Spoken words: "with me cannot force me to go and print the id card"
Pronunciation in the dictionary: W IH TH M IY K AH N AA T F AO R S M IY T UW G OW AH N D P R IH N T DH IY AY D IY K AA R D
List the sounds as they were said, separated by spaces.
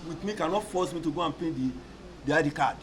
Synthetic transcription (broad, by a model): W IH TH M IY K AH N AA T F AO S M IY T UW G OW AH N P EH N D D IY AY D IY K AA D